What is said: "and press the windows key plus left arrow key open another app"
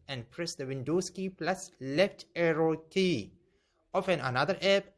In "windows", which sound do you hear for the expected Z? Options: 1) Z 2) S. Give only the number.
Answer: 2